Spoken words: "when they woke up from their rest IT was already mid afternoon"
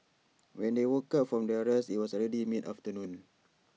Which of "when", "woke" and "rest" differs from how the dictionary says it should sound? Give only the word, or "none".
rest